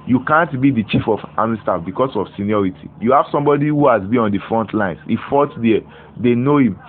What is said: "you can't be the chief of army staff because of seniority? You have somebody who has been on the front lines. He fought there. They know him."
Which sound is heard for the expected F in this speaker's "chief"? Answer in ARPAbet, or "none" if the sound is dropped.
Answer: F